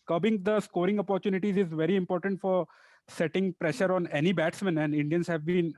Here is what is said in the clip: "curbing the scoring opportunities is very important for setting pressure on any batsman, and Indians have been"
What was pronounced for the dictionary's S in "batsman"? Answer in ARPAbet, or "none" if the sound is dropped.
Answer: S